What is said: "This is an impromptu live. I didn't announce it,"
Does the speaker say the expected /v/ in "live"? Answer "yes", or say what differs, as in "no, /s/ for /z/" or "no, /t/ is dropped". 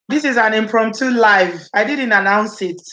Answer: yes